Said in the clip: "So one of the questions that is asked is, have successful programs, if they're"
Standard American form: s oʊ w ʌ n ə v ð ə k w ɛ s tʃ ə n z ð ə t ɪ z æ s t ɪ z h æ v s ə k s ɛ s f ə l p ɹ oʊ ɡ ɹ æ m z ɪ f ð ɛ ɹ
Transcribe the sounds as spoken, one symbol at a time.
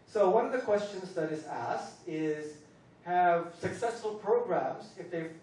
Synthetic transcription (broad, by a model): s oʊ w ʌ n ə v ð ə k w ɛ s tʃ ə n z ð ə t ɪ z æ s t ɪ z h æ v s ə k s ɛ s f ə l p ɹ oʊ ɡ ɹ æ m z ɪ f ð ɛ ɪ